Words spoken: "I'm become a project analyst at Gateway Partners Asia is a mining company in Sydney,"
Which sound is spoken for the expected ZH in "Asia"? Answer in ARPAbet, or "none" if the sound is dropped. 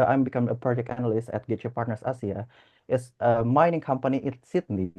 S